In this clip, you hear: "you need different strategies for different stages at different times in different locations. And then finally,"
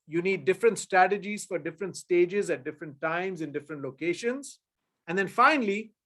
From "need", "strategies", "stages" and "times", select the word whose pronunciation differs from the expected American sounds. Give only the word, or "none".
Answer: none